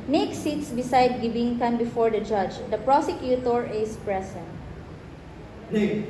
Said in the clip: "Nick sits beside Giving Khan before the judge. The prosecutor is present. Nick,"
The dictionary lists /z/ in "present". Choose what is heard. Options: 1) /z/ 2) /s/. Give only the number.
2